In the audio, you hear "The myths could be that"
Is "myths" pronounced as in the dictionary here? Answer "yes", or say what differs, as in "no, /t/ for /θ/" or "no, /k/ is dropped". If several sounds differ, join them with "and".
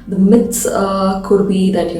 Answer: no, /t/ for /θ/